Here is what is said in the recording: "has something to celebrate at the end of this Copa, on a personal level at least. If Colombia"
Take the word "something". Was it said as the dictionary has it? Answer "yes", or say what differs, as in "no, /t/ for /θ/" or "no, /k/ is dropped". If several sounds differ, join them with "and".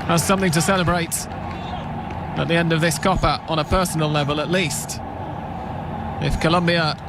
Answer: yes